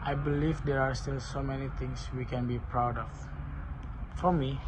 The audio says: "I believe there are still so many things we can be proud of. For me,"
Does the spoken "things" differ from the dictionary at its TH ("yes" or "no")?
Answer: yes